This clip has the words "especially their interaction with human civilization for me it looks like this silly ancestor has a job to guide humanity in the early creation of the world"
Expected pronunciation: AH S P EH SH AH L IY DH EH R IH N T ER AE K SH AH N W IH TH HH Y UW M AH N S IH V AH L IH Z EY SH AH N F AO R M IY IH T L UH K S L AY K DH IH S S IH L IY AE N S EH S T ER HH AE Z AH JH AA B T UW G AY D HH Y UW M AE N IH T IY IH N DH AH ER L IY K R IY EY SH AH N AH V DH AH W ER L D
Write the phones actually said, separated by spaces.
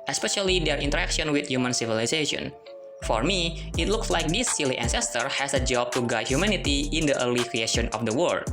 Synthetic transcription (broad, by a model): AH S P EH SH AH L IY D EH R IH N T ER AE K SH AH N W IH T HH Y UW M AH N S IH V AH L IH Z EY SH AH N F AO R M IY IH T L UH K S L AY K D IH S S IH L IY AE N S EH S T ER HH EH S AH JH AA B T UW G AY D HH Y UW M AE N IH T IY IH N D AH ER L IY K R IY EY SH AH N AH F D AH W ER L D